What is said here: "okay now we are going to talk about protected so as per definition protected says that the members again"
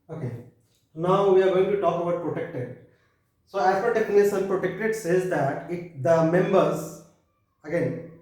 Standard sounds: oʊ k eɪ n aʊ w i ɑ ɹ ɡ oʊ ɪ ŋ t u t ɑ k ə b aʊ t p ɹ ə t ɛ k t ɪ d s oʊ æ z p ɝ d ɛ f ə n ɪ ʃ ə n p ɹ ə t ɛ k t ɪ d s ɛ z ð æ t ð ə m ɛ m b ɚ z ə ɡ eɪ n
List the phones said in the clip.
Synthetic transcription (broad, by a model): oʊ k eɪ n aʊ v i ɑ ɹ ɡ oʊ ɪ ŋ t u t ɑ k ə b aʊ t p ɹ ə t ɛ k t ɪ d s oʊ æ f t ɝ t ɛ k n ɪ s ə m p ɹ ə t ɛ k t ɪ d s ɛ z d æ t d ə m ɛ m b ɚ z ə ɡ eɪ n